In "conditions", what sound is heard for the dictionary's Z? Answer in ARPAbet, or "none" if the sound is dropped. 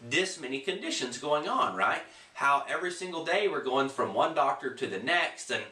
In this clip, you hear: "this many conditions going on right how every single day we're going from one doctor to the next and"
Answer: Z